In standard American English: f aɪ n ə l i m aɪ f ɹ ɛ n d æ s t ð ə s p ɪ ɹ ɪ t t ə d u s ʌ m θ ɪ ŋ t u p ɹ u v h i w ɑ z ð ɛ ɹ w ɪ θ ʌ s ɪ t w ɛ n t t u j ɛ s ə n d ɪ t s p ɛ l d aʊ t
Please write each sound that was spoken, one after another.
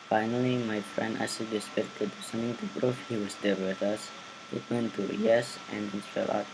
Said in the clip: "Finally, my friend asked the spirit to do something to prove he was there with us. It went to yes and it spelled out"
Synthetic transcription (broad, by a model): f aɪ n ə l i m aɪ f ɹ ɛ n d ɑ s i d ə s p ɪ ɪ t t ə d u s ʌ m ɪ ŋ t u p ɹ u f h i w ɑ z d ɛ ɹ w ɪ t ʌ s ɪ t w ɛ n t t u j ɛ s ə n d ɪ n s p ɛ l aʊ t